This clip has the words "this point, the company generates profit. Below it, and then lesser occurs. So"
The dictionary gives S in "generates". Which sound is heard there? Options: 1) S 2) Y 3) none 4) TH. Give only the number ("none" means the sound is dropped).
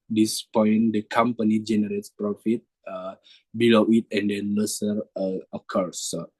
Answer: 1